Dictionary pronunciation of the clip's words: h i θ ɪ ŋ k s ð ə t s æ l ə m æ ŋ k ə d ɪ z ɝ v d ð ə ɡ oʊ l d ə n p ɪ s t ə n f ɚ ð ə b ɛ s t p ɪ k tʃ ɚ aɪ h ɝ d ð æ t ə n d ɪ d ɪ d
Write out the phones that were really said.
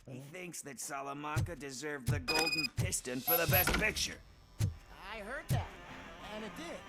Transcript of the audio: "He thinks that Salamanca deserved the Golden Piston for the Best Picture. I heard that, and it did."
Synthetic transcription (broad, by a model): h i θ ɪ ŋ k s ð ə t s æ l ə m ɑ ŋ k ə d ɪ z ɝ v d ð ə ɡ oʊ l d n p ɪ s t ə n f ɚ ð ə b ɛ s t p ɪ k tʃ ɚ aɪ h ɝ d ð æ t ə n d ɪ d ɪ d